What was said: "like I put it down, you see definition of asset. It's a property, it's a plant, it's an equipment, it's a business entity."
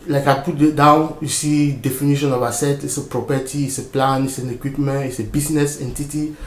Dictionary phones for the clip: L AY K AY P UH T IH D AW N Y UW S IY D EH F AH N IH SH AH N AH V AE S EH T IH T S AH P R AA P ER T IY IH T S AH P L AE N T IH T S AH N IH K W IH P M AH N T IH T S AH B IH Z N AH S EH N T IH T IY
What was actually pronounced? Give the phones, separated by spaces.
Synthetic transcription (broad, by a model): L AY K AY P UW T D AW N Y UW S IY D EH F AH N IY SH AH N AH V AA S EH T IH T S AH P R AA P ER T IY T S AH P L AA N IH T S AH N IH K W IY P M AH N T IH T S AH B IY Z N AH S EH N T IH T IY